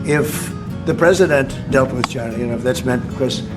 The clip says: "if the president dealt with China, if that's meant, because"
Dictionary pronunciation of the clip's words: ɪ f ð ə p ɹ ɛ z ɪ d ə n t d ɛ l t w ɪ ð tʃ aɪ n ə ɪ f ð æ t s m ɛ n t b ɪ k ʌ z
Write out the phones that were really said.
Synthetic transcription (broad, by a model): ɪ f ð ə p ɹ ɛ z ɪ d ə n t d ɛ l t w ɪ ð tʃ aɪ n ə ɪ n ð æ t s m ɛ n t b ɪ k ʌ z